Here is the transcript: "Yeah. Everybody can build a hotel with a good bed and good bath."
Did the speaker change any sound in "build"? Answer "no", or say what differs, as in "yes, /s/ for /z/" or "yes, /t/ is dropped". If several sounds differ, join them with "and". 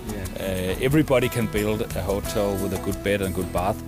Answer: no